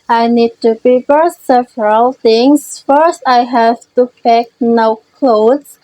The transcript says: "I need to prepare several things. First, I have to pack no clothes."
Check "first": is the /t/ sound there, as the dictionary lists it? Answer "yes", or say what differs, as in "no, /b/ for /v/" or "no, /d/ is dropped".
yes